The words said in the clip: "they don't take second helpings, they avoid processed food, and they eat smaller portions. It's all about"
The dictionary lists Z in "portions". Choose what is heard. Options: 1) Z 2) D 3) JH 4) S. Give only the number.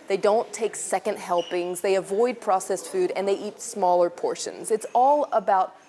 1